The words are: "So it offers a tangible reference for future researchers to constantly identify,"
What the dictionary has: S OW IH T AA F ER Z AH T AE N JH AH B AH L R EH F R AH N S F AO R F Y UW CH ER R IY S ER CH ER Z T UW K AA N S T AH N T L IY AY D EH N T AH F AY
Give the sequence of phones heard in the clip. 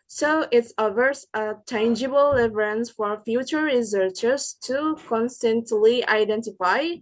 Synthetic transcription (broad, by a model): S OW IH T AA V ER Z AH T AE N JH AH B AH L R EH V R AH N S F AO R F Y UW CH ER R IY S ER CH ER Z T UW K AA N S T AH N T L IY AY D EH N T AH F AY